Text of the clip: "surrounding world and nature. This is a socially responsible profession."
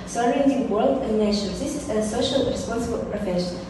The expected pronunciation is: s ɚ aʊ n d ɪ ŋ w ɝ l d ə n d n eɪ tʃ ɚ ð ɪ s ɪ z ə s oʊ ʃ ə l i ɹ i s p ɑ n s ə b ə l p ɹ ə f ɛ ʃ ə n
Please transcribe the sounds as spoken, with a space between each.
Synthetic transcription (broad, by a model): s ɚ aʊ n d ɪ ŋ w ɝ l d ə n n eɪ ʃ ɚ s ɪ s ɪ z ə s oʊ ʃ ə l ɹ i s p ɑ n s ə b ə l p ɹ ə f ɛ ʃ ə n